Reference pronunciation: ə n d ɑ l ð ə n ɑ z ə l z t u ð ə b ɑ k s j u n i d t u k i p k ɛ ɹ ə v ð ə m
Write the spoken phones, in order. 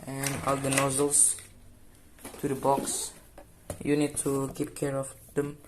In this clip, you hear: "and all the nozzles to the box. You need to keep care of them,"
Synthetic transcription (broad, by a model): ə n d ɑ l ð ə n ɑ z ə l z t u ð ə b ɑ k s j u n i d t u k i p k ɛ ɹ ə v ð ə m